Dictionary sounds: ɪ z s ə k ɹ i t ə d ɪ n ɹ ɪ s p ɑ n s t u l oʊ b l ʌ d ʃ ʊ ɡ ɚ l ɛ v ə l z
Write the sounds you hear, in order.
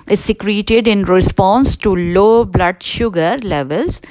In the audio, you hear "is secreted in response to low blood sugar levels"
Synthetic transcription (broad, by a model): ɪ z s ə k ɹ i t ə d ɪ n ɹ ɪ s p ɑ n s t u l oʊ b l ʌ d ʃ ʊ ɡ ɚ l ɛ v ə l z